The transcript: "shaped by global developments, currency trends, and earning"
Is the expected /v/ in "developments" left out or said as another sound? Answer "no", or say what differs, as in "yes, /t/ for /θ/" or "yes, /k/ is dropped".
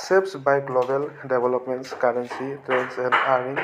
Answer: yes, /b/ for /v/